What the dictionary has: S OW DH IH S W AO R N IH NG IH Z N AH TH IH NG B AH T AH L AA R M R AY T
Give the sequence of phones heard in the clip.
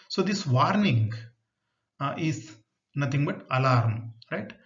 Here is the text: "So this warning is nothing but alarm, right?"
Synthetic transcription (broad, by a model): S OW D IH S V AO R N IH NG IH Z N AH T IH NG B AH T AH L AA R M R AY T